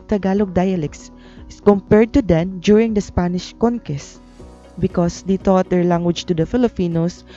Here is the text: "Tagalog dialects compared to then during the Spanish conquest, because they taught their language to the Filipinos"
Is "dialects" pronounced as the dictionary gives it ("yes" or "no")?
no